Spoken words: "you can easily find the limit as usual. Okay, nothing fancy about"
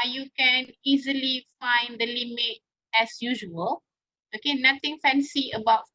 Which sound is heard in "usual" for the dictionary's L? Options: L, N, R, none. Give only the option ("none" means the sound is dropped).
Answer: L